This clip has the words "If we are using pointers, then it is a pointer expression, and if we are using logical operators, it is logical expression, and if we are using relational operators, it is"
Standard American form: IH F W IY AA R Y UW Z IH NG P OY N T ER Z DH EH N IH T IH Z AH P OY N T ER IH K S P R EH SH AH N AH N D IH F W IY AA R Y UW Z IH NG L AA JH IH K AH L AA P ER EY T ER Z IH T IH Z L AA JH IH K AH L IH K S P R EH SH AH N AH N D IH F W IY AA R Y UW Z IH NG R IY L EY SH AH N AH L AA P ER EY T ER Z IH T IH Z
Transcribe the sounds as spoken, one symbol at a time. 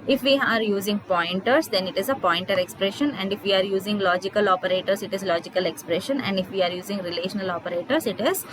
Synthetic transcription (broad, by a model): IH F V IY AA R Y UW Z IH NG P OY N T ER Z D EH N IH T IH Z AH P OY N T ER IH K S P R EH SH AH N AH N D IH F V IY AA R Y UW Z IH NG L AA JH IH K AH L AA P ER EY T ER S IH T IH Z L AA JH IH K AH L IH K S P R EH SH AH N AH N D IH F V IY AA R Y UW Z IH NG R IY L EY SH AH N AH L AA P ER EY T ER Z IH T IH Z